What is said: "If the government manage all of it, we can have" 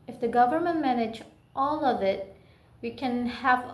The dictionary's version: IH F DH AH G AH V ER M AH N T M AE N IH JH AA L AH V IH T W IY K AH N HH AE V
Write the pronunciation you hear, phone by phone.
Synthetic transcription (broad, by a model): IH F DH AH G AH V ER M AH N T M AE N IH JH AA L AH V IH T W IY K AH N HH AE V